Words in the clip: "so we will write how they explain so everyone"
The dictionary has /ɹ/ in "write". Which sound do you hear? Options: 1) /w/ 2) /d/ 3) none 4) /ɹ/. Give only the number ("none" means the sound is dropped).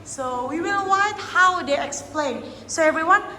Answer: 1